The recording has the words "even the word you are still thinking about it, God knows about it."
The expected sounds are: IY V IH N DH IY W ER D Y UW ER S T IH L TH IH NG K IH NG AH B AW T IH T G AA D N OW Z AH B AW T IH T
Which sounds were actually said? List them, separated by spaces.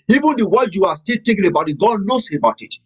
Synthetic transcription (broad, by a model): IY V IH N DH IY W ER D Y UW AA S T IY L T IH K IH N AH B AW T IH T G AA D N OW S AH B AW T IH T